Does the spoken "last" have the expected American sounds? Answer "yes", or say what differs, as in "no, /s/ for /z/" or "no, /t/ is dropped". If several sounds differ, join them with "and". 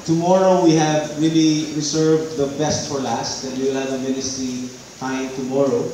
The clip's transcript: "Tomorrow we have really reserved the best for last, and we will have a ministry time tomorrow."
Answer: yes